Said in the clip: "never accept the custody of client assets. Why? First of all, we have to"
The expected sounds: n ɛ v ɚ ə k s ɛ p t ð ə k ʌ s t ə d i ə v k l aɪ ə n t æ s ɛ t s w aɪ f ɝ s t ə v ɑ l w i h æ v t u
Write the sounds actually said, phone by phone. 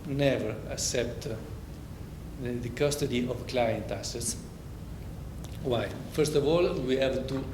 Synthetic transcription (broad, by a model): n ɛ v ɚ ə k s ɛ p t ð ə k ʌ s t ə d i ə v k l aɪ ə n t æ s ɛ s w aɪ f ɝ s t ə v ɑ l w i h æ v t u